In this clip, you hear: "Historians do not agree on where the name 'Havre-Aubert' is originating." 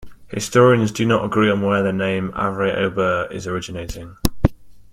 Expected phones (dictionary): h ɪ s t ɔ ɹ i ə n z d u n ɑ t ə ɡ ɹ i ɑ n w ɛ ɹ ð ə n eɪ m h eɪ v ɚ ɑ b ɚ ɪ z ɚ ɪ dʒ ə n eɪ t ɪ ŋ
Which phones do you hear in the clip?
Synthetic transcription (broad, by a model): h ɪ s t ɔ ɹ i ə n z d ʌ n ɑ t ə ɡ ɹ i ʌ n w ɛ ð ə n eɪ m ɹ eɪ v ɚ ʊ b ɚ ɪ z ɚ ɪ dʒ ə n eɪ t ɪ ŋ